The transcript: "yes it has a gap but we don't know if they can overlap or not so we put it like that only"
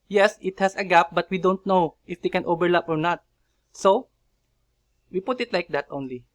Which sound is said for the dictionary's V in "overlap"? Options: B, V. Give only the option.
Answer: B